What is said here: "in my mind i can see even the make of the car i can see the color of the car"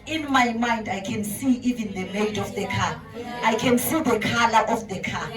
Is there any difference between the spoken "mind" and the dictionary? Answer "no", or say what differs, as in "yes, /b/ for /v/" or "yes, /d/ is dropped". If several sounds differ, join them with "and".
no